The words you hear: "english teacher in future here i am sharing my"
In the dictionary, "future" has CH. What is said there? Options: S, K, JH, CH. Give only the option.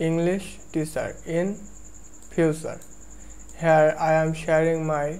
S